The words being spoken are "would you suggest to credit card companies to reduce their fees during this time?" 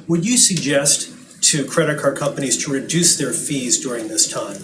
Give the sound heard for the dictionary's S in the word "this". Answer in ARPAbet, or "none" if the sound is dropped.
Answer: S